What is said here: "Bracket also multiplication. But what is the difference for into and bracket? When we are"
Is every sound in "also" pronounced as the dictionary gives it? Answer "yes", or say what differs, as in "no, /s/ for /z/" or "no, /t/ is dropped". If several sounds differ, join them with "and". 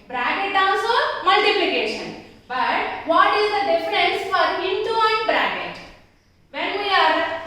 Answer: no, /n/ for /l/